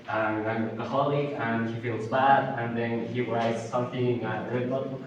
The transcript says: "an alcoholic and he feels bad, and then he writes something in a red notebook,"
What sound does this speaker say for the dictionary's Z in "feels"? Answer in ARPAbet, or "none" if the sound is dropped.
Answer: Z